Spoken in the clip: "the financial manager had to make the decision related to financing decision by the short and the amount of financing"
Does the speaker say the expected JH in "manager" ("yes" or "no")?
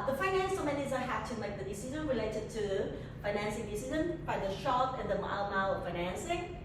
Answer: no